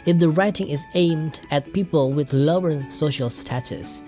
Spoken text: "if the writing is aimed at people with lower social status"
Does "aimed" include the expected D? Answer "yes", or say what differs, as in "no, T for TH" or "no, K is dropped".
yes